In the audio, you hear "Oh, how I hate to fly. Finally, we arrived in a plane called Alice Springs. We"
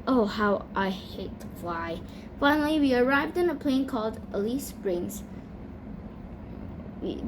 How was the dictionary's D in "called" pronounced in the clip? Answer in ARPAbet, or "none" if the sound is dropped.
D